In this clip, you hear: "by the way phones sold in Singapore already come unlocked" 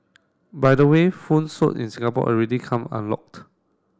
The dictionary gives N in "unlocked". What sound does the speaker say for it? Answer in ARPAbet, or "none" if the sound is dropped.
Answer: N